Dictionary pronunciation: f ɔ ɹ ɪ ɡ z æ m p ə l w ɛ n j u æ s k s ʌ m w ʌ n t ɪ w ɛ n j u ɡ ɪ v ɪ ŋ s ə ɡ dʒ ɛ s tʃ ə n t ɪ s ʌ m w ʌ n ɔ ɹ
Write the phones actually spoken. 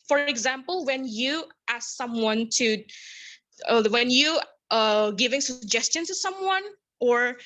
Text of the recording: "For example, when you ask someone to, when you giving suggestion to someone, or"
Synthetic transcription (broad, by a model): f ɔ ɹ ɪ ɡ z æ m p ə l w ɛ n j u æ s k s ʌ m w ʌ n t ɪ w ɛ n j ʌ ɡ ɪ v ɪ ŋ s ə ɡ dʒ ɛ s tʃ ə n t ɪ s ʌ m w ʌ n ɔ ɹ